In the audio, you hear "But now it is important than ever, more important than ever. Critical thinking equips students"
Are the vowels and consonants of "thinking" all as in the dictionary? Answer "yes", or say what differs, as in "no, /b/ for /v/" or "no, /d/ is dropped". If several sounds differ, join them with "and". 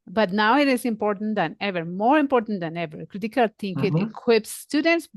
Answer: no, /t/ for /θ/